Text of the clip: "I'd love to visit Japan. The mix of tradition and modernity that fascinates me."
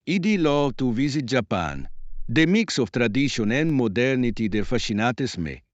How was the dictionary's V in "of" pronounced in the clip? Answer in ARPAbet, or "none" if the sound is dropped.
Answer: F